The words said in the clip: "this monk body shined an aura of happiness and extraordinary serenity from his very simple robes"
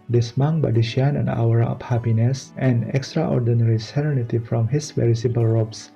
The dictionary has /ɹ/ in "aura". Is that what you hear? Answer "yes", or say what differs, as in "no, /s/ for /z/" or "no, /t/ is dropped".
no, /w/ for /ɹ/